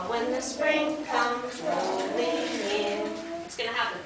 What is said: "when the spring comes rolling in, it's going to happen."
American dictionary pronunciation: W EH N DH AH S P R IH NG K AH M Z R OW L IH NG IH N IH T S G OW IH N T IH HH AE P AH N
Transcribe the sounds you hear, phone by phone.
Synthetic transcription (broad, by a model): W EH N DH AH S P R IH NG K AH M Z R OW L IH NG IH N IH T S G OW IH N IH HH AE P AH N